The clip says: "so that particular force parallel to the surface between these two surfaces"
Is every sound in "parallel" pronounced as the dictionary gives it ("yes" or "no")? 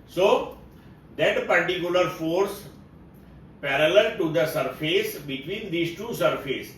yes